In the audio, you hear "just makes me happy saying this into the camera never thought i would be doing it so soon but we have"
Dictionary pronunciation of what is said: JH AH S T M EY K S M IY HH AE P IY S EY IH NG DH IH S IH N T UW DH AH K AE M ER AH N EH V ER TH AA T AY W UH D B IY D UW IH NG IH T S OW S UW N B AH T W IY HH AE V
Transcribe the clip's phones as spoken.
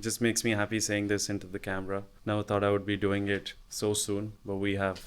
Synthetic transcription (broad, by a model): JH AH S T M EY K S M IY HH AE P IY S EY IH NG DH IH S IH N T UW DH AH K AE M ER AH N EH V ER T AA T AY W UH D B IY D UW IH NG IH T S OW S UW N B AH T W IY HH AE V